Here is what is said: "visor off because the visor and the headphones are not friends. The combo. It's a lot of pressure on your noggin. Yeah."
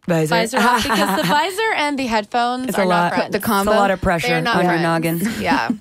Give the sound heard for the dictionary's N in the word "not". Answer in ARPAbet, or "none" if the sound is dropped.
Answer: L